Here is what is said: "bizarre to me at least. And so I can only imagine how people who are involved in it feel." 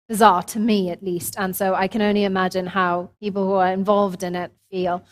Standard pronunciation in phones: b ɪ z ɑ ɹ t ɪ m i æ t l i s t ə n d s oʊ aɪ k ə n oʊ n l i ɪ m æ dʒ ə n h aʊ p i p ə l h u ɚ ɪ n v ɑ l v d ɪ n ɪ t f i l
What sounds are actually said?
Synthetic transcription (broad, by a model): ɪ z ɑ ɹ t ɪ m i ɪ t l i s t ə n s oʊ aɪ k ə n oʊ n l i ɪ m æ dʒ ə n h aʊ p i p l h u ɚ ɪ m v ɑ l v d ɪ n ɪ t f i l